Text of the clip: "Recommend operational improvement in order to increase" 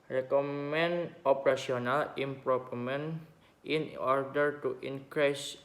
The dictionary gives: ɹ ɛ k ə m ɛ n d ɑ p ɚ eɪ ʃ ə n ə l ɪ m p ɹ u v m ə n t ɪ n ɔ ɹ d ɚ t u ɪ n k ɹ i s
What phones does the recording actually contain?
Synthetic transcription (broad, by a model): ɹ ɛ k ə m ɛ n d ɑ p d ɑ s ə n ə l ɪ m p ɹ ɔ p m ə n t ɪ n ɔ ɹ d ɚ t u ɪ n k ɹ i s